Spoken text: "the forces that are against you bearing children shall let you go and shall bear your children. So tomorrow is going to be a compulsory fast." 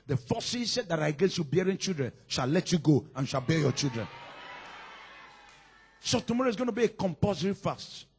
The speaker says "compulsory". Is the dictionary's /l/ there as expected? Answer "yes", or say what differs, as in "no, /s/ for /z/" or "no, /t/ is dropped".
no, /l/ is dropped